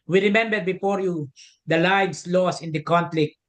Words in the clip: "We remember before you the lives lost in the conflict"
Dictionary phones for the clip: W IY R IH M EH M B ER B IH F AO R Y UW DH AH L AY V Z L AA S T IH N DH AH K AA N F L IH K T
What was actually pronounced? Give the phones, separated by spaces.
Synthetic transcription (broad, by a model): W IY R IH M EH M B ER B IH F AO R Y UW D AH L AY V S L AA S IH N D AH K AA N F L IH K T